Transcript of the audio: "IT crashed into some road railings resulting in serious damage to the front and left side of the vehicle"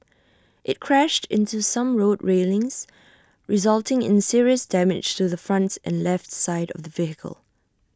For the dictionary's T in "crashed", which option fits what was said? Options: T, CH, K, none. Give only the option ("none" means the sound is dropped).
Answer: T